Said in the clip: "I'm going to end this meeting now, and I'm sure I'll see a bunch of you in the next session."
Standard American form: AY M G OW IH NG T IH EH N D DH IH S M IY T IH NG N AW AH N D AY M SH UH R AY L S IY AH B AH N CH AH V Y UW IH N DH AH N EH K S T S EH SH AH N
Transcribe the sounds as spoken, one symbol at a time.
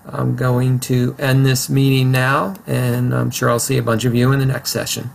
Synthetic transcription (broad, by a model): AY M G OW IH NG T IH EH N DH IH S M IY T IH NG N AW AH N AY M SH UH R AY L S IY AH B AH N CH AH V Y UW IH N DH AH N EH K S T S EH SH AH N